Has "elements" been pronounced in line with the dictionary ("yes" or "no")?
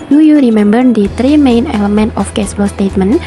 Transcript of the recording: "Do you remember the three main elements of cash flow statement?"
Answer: no